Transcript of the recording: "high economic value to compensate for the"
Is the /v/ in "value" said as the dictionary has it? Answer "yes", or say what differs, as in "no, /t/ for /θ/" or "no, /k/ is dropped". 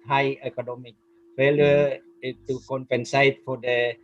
no, /f/ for /v/